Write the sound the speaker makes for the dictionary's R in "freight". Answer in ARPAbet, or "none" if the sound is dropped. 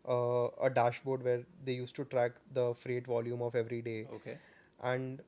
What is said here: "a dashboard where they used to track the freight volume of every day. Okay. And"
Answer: R